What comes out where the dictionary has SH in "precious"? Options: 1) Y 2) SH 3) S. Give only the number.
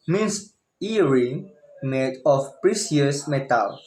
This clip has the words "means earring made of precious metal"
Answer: 3